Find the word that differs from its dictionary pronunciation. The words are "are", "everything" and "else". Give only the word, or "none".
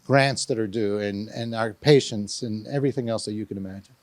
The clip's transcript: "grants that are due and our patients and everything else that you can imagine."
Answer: none